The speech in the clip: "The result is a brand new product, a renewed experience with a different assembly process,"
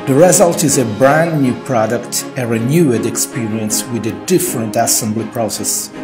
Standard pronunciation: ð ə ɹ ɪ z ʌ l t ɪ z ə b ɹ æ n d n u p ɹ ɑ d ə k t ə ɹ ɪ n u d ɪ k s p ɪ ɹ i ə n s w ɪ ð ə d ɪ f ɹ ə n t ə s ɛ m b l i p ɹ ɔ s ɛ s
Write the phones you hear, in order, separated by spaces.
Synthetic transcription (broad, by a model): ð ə ɹ ɪ z ʌ l t ɪ z ə b ɹ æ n n u p ɹ ɑ d ə k t ə ɹ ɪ n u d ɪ k s p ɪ ɹ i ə n s w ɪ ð ə d ɪ f ɹ ə n t ə s ɛ m b l i p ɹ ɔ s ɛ s